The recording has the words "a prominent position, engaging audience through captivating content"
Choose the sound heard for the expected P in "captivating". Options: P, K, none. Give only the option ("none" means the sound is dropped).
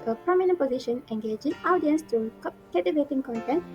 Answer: none